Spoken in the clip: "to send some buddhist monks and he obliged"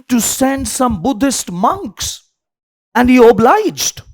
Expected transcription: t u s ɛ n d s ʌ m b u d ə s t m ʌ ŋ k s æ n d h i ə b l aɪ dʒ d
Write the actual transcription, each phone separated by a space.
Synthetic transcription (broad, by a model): t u s ɛ n d s ʌ m b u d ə s t m ʌ ŋ k s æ n d h i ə b l aɪ dʒ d